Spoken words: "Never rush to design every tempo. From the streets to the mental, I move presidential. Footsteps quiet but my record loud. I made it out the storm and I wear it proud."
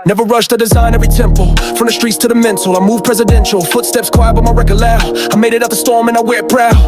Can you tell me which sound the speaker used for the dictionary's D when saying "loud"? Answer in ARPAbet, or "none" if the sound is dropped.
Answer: none